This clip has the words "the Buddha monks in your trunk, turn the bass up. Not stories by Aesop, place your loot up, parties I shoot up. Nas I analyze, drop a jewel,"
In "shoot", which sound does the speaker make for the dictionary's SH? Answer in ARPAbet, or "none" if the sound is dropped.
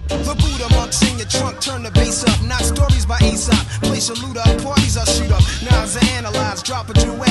S